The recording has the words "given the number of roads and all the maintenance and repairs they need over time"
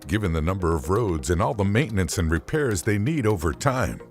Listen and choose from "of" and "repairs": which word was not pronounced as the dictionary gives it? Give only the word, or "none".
none